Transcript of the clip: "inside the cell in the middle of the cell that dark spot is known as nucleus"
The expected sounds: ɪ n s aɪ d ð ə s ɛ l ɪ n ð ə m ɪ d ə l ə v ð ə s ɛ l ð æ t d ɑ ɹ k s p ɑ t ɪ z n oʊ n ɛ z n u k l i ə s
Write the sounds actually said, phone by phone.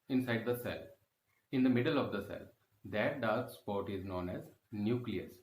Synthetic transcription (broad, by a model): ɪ n s aɪ d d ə s ɛ l ɪ n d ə m ɪ d ə l ə v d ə s ɛ l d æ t d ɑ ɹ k s p ɑ t ɪ z n oʊ n ɛ z n u k l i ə s